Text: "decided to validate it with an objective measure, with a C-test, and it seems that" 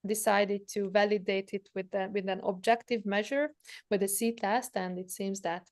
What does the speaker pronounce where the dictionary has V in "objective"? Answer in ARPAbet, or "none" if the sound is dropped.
V